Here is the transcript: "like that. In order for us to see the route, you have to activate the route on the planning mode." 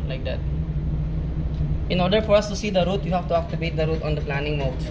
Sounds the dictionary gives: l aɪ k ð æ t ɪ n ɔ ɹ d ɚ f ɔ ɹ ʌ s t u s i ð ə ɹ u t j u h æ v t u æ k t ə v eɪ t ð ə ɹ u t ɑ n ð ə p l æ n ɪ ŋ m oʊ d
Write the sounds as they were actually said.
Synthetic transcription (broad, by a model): l aɪ k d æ t ɪ n ɔ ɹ d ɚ f ɔ ɹ ʌ s t u s i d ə ɹ u t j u h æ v t u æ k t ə b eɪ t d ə ɹ u t ɑ n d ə p l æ n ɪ ŋ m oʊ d